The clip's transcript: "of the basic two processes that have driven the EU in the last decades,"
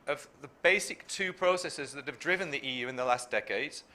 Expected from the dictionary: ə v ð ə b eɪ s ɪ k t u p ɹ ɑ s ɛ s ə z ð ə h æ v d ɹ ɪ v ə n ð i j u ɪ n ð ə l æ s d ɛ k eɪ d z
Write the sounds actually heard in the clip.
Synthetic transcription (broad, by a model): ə v ð ə b eɪ s ɪ k t u p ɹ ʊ s ɛ s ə z ð ə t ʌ v d ɹ ɪ v ə n ð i j u ɪ n ð ə l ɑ s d ɛ k eɪ d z